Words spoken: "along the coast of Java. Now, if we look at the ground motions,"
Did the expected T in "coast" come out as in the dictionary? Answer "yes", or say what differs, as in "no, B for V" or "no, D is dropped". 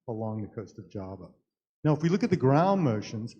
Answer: yes